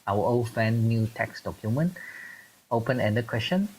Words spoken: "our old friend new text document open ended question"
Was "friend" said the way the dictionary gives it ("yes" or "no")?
no